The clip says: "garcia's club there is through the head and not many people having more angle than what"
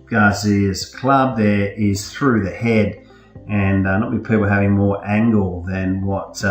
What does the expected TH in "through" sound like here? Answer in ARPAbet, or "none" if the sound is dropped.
TH